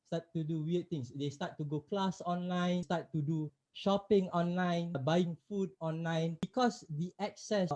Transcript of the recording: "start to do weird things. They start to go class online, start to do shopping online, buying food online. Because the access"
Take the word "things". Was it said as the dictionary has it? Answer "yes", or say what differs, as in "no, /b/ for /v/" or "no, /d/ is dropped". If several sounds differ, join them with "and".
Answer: no, /t/ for /θ/